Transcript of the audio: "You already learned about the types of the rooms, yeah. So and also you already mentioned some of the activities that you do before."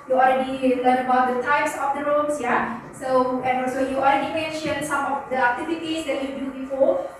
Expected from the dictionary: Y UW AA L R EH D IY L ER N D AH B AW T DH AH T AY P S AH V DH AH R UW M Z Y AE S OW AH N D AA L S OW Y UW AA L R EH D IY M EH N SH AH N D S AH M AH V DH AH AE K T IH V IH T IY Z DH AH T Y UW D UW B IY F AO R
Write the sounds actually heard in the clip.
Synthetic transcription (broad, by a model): Y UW AA L R EH D IY L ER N AH B AW T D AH T AY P S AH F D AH R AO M S Y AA S OW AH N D AA L S OW Y UW AA L R EH D IY M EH N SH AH N S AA M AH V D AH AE K T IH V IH T IY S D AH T Y UW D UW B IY F AO